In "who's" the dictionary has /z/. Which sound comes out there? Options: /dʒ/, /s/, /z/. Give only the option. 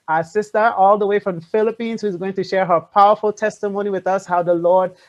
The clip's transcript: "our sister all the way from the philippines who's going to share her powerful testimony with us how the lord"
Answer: /z/